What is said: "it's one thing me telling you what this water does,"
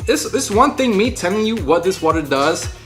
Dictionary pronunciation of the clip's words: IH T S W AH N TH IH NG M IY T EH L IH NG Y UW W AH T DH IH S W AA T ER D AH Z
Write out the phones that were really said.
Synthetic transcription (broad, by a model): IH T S W AH N TH IH NG M IY T EH L IH NG Y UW W AH T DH IH S W AA T ER D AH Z